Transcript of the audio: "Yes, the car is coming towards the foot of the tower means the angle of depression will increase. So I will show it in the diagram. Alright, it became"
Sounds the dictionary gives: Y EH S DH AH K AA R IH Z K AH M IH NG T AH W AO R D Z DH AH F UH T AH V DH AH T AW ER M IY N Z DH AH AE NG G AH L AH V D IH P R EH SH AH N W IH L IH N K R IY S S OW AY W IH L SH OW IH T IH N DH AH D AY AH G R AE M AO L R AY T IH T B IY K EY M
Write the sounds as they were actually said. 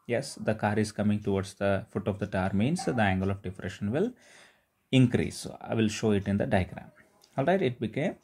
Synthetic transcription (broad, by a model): Y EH S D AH K AA R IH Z K AH M IH NG T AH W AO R D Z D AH F UH T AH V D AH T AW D M IY N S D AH AE NG G AH L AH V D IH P R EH SH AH N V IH L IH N K R IY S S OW AY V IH L SH OW IH T IH N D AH D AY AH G R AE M AO L R AY T IH T B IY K EY M